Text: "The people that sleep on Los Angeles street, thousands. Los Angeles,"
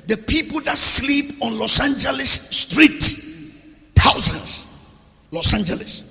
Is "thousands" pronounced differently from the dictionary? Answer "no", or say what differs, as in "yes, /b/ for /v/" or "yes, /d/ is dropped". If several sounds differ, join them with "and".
yes, /t/ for /θ/ and /s/ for /z/